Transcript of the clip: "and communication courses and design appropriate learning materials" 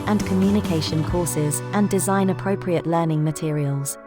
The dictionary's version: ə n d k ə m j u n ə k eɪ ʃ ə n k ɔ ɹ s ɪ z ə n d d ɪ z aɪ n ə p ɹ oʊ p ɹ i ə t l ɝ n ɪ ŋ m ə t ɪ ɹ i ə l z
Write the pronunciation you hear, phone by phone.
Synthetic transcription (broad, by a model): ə n k ə m j u n ə k eɪ ʃ ə n k ɔ s ɪ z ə n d d ɪ z aɪ n ə p ɹ oʊ p ɹ i ə t l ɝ n ɪ ŋ m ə t ɪ ɹ i ə l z